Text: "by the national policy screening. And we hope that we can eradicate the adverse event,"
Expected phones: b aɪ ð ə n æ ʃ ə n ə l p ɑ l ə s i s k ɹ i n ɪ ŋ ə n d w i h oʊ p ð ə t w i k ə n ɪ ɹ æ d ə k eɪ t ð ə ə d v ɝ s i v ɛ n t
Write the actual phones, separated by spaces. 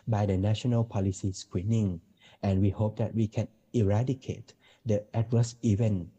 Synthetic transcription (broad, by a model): b aɪ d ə n æ ʃ ə n ə l p ɑ l ə s i s k w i n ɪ ŋ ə n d w i h oʊ p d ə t w i k ə n ɪ ɹ æ d ə k eɪ t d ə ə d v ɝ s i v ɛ n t